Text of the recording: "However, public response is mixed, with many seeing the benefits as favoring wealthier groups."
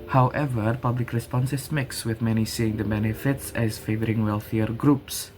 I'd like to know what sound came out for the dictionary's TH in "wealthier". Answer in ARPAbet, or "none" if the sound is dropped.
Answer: TH